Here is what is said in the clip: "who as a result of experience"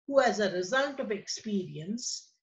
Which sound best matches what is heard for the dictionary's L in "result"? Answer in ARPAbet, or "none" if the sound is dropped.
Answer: N